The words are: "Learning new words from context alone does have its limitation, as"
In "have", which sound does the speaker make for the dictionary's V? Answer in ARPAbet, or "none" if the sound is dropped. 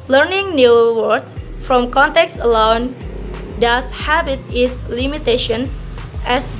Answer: B